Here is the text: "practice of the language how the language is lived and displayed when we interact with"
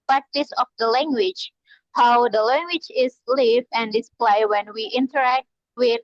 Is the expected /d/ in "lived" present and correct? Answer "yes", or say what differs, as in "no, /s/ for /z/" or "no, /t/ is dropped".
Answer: no, /d/ is dropped